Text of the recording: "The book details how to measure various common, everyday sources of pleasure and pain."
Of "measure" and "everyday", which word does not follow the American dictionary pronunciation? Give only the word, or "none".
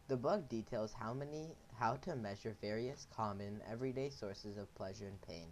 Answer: none